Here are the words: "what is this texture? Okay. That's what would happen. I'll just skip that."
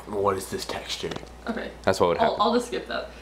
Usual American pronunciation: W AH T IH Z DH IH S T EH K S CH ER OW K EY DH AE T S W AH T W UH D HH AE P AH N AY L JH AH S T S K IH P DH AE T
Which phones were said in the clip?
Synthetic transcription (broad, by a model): W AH T IH Z DH IH S T EH K S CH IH OW K EY DH AE T S W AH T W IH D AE AH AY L JH AH S T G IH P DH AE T